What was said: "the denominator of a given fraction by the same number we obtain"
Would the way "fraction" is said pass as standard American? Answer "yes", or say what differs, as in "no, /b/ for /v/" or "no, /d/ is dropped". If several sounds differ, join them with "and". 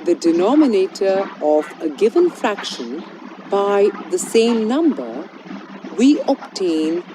yes